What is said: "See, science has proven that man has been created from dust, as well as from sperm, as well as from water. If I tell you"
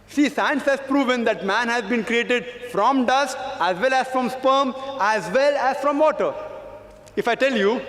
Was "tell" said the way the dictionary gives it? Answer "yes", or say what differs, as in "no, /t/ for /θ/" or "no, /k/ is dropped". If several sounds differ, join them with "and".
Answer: yes